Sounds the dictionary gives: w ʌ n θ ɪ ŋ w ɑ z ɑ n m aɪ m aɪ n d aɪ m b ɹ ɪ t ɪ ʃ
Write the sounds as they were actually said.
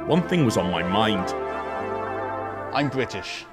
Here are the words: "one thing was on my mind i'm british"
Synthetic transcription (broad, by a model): w ʌ n θ ɪ ŋ w ɑ z n m aɪ m aɪ n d aɪ m b ɹ ɪ t ɪ ʃ